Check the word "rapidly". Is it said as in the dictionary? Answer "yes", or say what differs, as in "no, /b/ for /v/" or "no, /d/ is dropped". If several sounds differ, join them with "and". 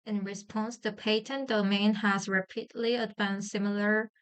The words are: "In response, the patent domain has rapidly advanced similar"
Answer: yes